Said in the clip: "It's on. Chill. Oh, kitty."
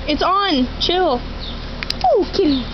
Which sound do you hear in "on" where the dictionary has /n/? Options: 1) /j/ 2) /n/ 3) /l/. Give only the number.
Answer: 2